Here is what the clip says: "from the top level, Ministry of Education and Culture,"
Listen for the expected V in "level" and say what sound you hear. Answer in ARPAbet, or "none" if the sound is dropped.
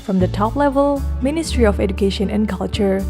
V